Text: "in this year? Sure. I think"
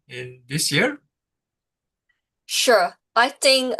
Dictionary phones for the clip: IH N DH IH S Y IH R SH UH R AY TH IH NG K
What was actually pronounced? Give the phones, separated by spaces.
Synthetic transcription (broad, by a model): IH N DH IH S Y IH R SH UH R AY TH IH NG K